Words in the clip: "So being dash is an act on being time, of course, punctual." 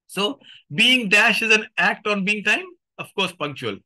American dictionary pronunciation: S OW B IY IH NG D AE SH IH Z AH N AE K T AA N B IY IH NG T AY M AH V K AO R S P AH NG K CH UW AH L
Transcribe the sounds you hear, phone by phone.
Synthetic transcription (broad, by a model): S OW B IY IH NG D AE SH IH Z AH N AE K T AA N B IY IH NG T AY M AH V K AO R S P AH NG K CH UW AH L